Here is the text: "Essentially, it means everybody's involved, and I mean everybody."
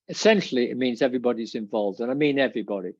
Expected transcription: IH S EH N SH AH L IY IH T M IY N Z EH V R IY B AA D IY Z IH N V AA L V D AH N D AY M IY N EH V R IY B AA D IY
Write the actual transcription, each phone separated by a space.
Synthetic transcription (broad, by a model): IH S EH N SH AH L IY IH T M IY N Z EH V R IY B AA D IY Z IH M V AA L V D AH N AY M IY N EH V R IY B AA D IY